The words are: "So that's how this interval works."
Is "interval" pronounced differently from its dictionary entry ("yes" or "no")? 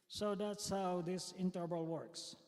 yes